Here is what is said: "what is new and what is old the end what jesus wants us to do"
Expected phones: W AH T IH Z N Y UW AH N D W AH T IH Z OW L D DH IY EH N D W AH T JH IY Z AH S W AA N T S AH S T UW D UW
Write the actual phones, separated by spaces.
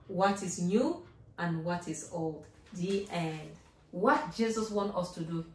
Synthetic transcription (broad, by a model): W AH T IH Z N Y UW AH N W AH T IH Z OW L D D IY EH N D W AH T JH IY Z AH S W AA N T AH S T UW D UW